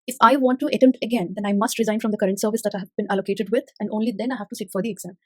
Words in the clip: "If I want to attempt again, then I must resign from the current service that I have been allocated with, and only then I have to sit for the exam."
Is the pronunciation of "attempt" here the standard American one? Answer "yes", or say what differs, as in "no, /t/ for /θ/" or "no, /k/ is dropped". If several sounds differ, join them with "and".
no, /p/ is dropped